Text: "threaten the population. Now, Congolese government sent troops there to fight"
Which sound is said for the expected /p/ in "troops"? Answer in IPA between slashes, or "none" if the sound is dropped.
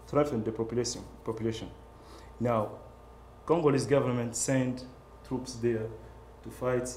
/p/